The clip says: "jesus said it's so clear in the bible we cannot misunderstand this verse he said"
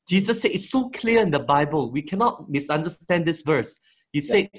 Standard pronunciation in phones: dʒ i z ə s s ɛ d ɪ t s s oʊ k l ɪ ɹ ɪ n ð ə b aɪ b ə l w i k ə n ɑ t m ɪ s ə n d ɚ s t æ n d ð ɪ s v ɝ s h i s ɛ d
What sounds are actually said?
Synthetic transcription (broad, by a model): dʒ i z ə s s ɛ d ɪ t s s oʊ k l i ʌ ɪ n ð ə b aɪ b ə l w i k ə n ɑ t m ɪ s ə n d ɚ s t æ n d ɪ s v ɝ s h i s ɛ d